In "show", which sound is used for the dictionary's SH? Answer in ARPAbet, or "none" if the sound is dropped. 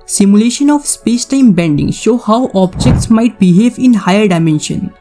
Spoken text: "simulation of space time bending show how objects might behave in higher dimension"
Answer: SH